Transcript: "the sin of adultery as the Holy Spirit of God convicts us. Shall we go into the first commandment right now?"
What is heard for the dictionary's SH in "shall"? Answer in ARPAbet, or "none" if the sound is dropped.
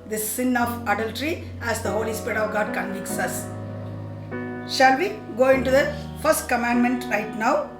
SH